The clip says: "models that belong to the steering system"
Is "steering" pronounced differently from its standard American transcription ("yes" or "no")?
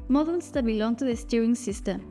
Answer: yes